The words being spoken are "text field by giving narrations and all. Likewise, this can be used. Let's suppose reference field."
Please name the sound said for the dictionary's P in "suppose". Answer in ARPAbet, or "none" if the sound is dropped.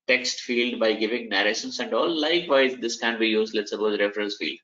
B